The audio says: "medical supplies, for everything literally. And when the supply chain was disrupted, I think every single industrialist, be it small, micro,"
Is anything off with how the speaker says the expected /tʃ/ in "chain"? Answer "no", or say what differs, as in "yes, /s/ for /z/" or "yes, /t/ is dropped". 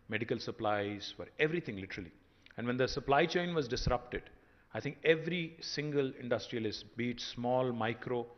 no